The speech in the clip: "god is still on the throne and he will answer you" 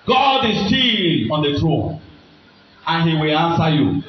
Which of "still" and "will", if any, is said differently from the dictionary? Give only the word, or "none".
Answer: still